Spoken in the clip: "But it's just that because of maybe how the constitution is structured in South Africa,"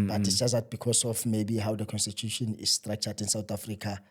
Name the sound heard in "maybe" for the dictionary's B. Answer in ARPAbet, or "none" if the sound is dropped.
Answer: B